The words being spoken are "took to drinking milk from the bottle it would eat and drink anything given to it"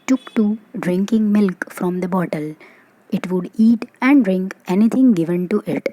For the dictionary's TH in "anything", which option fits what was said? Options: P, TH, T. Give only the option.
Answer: T